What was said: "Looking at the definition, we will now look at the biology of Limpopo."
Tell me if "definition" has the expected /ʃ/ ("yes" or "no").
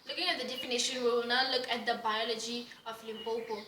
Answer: yes